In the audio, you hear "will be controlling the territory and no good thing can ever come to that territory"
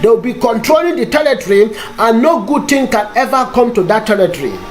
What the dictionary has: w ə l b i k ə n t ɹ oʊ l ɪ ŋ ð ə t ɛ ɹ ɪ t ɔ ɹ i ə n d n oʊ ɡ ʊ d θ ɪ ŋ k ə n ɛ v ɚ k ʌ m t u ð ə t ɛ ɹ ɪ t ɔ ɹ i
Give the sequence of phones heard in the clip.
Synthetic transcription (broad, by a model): w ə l b i k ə n t ɹ oʊ l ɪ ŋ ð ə t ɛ l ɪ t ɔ ɹ i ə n n oʊ ɡ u d t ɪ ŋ k ə n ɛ v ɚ k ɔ m t u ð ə t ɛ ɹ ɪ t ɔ ɹ i